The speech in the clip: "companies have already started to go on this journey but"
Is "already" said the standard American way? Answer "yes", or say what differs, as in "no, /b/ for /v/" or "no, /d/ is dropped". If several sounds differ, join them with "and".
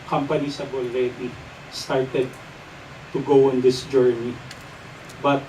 no, /l/ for /ɹ/